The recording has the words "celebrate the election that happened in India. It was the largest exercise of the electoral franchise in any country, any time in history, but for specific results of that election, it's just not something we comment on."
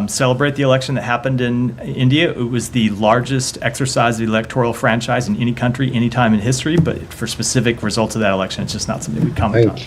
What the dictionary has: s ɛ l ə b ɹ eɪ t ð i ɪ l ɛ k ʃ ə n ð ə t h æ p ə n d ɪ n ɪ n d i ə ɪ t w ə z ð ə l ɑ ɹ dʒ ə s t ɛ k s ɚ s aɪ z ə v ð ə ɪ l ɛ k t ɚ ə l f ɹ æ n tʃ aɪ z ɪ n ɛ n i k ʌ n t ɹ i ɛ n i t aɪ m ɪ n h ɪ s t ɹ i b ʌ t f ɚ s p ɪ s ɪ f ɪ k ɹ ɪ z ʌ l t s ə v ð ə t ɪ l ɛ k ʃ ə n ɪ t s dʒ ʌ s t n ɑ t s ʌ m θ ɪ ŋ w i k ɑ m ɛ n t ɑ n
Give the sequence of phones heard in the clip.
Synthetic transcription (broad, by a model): s ɛ l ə b ɹ eɪ t ð i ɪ l ɛ k ʃ n ð ə t h æ p ə n d ɪ n ɪ n d i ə ɪ t w ə z ð ə l ɑ ɹ dʒ ə s t ɛ k s ɚ s aɪ z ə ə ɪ l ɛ k t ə l f ɹ æ n tʃ aɪ z ɪ n ɛ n i k ʌ n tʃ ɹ i ɛ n i t aɪ m ɪ n h ɪ s t ɹ i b ʌ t f ɚ s p ɪ s ɪ f ɪ k ɹ ɪ z ʌ l t s ə v ð ə t ɪ l ɛ k ʃ ə n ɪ t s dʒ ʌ s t n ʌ t s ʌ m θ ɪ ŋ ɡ k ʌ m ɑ